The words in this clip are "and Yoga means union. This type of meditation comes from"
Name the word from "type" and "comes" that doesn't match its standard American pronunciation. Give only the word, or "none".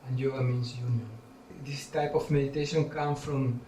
comes